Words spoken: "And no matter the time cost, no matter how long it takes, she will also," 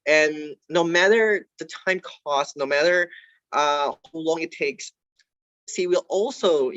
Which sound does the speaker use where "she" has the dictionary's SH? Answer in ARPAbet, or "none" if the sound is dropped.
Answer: S